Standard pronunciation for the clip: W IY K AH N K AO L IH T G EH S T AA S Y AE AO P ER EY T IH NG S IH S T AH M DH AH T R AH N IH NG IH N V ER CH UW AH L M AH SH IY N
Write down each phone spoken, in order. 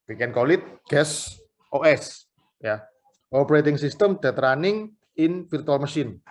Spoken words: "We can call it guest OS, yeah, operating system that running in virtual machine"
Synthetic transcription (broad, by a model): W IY K AH N K AO L IH T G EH S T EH S Y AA AO P ER EY T IH NG S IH S T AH M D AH T R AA N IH NG IH N F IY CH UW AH L M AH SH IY N